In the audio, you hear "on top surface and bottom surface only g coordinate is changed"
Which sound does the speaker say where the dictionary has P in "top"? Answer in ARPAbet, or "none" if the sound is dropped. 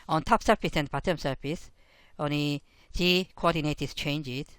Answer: P